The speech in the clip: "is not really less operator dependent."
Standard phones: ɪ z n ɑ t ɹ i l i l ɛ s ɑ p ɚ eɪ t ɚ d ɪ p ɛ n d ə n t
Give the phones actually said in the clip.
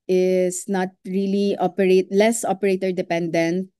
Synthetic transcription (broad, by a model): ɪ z n ɑ t ɹ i l i l ɛ s ɑ p ɚ eɪ t ɚ d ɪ p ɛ n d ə n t